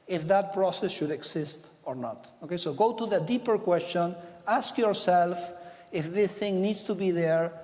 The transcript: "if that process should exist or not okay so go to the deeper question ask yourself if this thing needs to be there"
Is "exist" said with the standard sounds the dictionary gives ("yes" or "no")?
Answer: no